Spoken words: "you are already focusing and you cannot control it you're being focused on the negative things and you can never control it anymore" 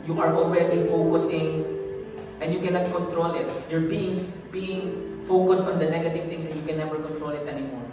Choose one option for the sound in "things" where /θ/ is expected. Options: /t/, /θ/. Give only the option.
/t/